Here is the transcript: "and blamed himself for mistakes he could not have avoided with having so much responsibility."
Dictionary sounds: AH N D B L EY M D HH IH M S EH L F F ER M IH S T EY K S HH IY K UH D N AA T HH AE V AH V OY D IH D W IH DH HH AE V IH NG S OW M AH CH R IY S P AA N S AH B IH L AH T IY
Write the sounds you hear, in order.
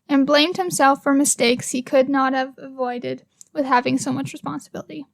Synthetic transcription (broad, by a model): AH N B L EY M D HH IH M S EH L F F ER M IH S T EY K S HH IY K UH D N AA T HH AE V AH V OY D IH D W IH DH HH AE V IH NG S OW M AH CH R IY S P AA N S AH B IH L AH T IY